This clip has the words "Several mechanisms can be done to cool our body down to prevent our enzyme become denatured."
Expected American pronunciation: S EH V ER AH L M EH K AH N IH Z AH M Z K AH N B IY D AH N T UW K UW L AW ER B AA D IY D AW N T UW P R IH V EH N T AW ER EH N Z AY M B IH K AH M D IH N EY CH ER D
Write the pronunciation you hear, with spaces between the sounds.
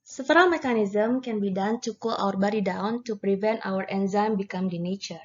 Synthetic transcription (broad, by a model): S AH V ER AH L M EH K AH N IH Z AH M K AH N B IY D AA N T UW K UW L AW ER B AA D IY D AW N T UW P R IH V EH N T AW ER EH N Z AY M B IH K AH M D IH N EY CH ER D